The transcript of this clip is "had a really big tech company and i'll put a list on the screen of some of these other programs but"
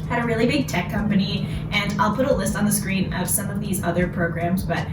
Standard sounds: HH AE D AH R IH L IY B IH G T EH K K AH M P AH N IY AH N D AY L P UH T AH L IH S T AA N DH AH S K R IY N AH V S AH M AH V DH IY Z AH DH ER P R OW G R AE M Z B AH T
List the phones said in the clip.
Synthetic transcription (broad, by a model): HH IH D AH R IH L IY B IH G T EH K K AH M P AH N IY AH N AY L P UH T AH L IH S T N DH AH S K R IY N AH V S AH M AH V DH IY Z AH DH ER P R OW G R AE M Z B AH T